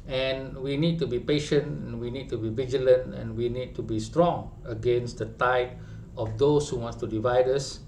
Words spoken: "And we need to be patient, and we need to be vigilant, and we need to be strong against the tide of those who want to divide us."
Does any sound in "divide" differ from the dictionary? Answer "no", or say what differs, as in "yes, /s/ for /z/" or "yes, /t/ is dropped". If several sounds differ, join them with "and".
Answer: no